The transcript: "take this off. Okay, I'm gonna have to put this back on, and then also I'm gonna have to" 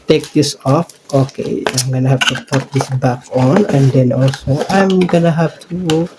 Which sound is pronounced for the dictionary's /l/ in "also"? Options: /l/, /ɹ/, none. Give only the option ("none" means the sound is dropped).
/l/